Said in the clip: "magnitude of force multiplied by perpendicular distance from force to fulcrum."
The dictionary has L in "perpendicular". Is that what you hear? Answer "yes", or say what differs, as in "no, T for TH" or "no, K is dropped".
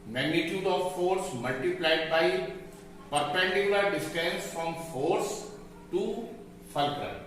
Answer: no, L is dropped